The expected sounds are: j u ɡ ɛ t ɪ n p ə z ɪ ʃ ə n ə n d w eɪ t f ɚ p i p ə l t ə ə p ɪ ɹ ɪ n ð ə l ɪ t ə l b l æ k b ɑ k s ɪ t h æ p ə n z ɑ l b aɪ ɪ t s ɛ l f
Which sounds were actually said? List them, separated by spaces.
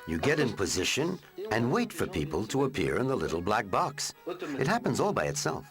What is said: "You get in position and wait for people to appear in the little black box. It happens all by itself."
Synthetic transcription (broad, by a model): j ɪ ɡ ɛ t ɪ n p ə z ɪ ʃ ə n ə n w eɪ t f ɚ p i p ə l t ə ə p ɪ ɹ ɪ n ð ə l ɪ t l b l æ k b ɑ k s ɪ t h æ p ə n z ɑ l b aɪ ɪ t s ɛ l f